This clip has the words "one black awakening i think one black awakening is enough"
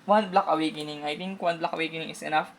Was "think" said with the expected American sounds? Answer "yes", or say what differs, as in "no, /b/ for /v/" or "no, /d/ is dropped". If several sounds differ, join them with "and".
no, /t/ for /θ/